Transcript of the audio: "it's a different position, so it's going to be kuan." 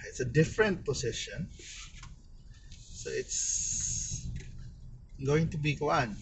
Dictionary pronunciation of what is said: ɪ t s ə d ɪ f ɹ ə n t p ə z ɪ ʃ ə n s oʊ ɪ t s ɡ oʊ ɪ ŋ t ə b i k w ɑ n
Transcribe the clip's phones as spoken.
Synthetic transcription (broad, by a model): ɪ t s ə d ɪ f ɹ ə n t p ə s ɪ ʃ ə n s oʊ ɪ t s ɡ oʊ ɪ ŋ t ə b i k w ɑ n